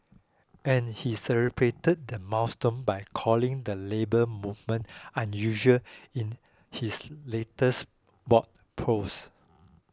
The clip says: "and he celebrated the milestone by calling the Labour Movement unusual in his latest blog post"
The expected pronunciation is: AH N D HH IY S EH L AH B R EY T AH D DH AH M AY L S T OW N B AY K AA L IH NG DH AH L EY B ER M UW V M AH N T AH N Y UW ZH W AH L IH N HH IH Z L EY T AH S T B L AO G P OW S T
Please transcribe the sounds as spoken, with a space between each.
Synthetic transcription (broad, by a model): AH N HH IY S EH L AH B R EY T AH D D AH M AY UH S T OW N B AY K AA L IH NG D AH L EY B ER M UW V M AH N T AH N Y UW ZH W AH L IH N HH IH S L EY T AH S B AO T P OW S